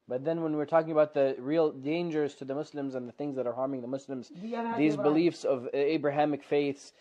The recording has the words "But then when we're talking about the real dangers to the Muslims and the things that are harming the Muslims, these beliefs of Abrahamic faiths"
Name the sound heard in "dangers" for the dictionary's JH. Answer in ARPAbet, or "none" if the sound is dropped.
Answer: JH